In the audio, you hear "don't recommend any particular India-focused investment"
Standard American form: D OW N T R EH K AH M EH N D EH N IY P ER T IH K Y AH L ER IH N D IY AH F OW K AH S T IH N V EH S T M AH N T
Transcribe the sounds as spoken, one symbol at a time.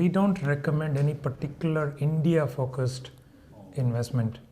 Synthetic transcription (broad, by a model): D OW N T R EH K AH M EH N D EH N IY P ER T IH K Y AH L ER IH N D IY AH F OW K AH S T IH N V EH S T M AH N T